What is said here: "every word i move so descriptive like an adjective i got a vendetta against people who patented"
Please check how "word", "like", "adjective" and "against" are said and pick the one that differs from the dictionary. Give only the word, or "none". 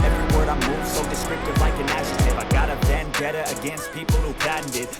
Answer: adjective